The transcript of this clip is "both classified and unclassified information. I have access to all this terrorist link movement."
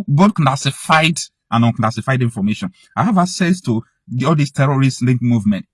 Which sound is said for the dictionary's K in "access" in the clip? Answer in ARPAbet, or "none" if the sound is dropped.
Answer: none